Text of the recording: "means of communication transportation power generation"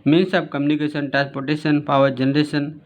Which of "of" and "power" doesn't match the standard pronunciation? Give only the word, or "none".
of